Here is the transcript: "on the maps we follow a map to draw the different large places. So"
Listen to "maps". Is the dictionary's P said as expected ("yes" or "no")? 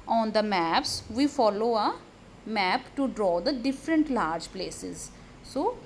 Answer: yes